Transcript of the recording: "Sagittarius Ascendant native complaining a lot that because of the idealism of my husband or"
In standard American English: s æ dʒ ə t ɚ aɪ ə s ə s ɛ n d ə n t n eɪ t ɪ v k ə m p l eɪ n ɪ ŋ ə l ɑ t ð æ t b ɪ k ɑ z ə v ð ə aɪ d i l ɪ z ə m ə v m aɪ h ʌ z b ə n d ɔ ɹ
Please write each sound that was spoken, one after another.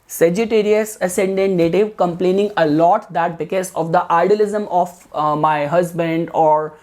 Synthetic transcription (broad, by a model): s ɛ dʒ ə t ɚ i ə s ə s ɛ n d ə n t n eɪ t ɪ v k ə m p l eɪ n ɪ ŋ ə l ɑ t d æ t b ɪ k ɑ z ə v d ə aɪ d i l ɪ z ə m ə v m aɪ h ʌ z b ə n d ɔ ɹ